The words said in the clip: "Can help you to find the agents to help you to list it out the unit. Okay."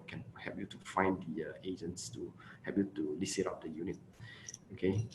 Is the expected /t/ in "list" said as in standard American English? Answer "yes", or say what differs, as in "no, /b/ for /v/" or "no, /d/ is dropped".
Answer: no, /t/ is dropped